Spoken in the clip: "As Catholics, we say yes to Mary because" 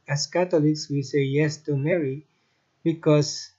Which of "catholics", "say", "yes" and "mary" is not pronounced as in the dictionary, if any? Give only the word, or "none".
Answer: catholics